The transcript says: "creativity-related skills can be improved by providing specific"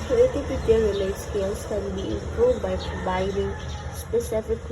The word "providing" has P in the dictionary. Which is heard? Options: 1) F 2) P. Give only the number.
2